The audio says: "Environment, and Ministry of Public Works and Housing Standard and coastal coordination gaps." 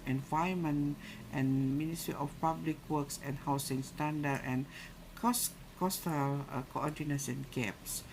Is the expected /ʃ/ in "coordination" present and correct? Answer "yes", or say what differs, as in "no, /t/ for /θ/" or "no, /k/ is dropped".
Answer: no, /s/ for /ʃ/